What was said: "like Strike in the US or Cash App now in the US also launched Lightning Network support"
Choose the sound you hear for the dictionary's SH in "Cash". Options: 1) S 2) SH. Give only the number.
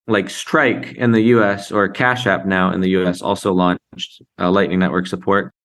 2